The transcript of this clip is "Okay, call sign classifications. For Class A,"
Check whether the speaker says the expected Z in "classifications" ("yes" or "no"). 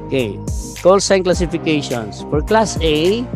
no